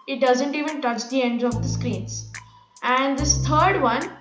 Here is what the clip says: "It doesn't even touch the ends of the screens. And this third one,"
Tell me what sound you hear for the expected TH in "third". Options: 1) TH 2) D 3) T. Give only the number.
3